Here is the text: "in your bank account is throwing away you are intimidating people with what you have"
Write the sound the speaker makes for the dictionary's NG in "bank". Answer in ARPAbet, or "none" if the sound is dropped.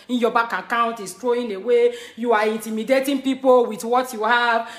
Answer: none